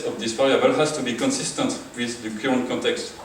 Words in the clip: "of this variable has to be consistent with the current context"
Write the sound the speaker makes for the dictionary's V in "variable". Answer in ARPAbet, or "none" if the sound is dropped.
F